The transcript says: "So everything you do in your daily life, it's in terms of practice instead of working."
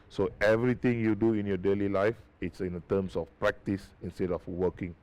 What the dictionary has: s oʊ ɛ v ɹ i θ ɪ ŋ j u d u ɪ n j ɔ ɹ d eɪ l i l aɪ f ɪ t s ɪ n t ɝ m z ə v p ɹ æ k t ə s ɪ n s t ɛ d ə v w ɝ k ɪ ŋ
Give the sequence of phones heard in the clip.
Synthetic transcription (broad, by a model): s oʊ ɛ v ɹ i t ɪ ŋ j u d u ɪ n j ɔ d eɪ l i l aɪ f ɪ t s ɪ n t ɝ m s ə f p ɹ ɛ k t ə s ɪ n s t ɛ d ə f w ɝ k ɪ ŋ